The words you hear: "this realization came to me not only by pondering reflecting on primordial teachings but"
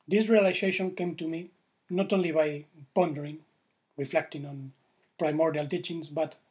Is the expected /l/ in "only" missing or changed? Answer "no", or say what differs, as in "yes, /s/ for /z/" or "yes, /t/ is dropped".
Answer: no